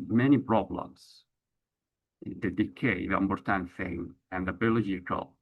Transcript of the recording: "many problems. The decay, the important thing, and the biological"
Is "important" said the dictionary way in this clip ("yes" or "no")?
no